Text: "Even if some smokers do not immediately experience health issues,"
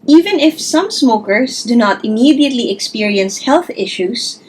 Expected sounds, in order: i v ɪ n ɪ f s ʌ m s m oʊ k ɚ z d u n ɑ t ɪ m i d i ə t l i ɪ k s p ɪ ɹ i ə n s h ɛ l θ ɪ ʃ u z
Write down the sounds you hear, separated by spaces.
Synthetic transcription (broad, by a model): i v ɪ n ɪ f s ʌ m s m oʊ k ɚ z d u n ɑ t ɪ m i d i ə t l i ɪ k s p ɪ ɹ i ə n s h ɛ l θ ɪ ʃ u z